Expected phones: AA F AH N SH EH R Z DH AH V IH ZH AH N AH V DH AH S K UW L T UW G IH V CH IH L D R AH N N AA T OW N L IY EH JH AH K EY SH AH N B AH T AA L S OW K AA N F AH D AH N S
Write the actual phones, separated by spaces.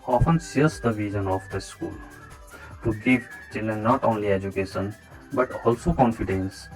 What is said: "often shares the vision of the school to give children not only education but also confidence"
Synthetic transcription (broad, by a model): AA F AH N S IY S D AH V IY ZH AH N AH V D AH S K UW L T UW G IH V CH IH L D AH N N AA T OW N L IY EH JH AH K EY SH AH N B AH T AA L S OW K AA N F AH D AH N S